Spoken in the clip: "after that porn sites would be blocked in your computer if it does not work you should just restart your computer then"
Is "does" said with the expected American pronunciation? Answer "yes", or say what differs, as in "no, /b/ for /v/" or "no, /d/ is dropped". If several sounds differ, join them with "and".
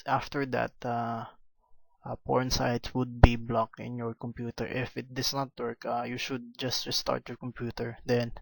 no, /s/ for /z/